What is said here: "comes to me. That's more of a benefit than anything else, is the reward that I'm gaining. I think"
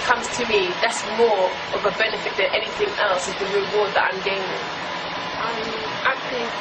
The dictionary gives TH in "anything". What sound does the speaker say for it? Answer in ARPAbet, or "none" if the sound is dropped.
TH